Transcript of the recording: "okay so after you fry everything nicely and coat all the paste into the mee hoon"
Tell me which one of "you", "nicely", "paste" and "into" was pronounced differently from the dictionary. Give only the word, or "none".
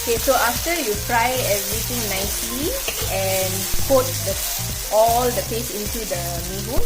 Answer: paste